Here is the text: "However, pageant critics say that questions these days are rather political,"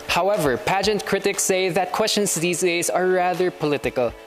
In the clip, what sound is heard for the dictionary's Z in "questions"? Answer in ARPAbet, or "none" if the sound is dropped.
S